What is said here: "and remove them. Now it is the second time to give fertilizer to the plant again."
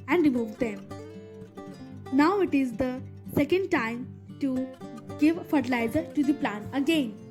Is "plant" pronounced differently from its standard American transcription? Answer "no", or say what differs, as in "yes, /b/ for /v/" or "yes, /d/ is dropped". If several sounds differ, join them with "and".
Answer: yes, /t/ is dropped